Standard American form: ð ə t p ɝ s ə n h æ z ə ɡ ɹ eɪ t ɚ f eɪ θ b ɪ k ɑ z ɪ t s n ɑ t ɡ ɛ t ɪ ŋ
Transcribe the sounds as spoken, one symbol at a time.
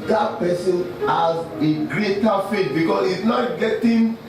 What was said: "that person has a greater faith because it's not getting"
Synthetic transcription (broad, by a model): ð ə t p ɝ s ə n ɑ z ə ɡ ɹ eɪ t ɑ f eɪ t b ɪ k ɑ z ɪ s n ɑ t ɡ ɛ t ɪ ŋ